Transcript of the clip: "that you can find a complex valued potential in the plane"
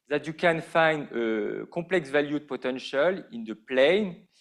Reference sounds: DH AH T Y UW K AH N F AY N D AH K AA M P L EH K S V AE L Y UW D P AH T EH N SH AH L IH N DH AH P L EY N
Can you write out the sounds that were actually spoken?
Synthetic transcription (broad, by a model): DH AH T Y UW K AH N F AY N D AH K AA P L EH K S V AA L Y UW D P AH T EH N SH AH L IH N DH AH P L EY N